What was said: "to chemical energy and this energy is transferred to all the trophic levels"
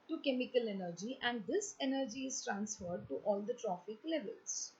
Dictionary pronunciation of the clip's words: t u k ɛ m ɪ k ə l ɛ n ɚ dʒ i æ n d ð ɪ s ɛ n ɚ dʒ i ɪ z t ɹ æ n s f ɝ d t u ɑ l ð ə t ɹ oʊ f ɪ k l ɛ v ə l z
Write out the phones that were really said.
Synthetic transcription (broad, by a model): t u k ɛ m ɪ k ə l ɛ n ɚ dʒ i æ n d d ɪ s ɛ n ɚ dʒ i ɪ z t ɹ æ n s f ɝ d t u ɑ l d ə t ɹ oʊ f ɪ k l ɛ v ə l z